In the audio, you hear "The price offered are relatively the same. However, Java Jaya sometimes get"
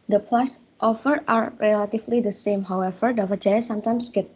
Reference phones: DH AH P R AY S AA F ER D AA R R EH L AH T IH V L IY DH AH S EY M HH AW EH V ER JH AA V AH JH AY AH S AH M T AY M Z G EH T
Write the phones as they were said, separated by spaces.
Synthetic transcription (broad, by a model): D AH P L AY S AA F ER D AA R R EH L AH T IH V L IY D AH S EY M HH AW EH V ER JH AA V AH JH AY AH S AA M T AY M S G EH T